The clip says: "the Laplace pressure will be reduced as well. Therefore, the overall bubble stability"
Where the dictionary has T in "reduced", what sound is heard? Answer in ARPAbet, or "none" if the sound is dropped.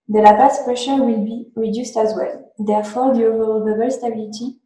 T